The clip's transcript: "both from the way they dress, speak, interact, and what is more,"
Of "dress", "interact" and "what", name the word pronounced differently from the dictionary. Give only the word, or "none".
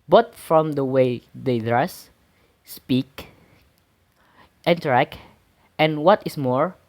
none